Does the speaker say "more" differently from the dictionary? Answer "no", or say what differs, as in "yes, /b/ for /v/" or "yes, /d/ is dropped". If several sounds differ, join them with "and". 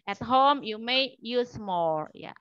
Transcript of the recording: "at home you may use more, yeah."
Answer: yes, /l/ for /ɹ/